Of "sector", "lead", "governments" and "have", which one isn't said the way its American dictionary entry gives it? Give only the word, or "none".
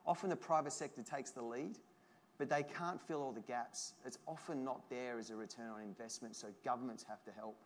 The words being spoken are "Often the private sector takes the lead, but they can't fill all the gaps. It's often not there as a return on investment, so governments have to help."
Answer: have